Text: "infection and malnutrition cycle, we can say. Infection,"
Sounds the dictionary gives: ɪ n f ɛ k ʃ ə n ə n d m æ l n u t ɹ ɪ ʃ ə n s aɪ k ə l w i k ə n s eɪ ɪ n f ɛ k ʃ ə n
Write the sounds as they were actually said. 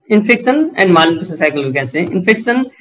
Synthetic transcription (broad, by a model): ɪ n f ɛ k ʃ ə n ə n d m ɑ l u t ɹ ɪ s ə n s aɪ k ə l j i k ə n s eɪ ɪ n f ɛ k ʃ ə n